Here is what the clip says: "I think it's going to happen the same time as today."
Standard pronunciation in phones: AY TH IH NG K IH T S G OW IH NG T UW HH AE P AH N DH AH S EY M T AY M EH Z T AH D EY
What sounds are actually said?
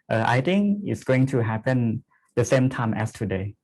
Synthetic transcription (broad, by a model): AY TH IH NG K IH T S G OW IH NG T UW HH AE P AH N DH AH S EY M T AY M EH S T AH D EY